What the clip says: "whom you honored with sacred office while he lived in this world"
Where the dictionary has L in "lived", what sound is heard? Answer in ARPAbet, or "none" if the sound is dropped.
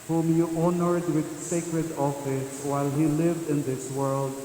L